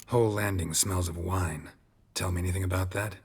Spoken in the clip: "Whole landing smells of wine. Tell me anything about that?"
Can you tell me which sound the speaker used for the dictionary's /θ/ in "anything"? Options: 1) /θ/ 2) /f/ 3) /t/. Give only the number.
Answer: 1